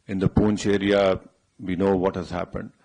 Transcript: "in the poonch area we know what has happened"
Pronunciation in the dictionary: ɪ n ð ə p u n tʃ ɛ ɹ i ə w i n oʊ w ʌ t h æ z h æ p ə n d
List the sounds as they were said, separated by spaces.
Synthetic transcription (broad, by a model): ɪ n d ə p u n tʃ ɛ ɹ i ə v i n oʊ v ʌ t h æ z h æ p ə n d